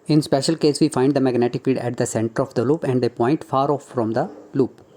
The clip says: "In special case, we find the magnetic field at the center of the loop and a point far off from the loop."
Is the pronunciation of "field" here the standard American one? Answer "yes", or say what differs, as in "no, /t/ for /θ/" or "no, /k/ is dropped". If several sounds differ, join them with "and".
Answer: no, /l/ is dropped